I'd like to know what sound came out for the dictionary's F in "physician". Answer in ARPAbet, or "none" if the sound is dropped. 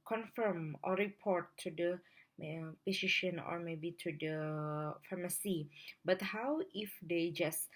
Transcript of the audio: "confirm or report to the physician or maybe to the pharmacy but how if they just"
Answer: P